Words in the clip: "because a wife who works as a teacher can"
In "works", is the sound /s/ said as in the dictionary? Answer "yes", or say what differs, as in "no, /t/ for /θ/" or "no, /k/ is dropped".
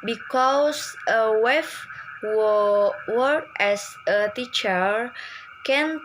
no, /s/ is dropped